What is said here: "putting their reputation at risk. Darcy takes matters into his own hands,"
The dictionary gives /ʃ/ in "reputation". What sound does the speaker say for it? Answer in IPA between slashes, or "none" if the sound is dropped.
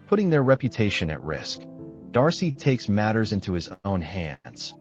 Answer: /ʃ/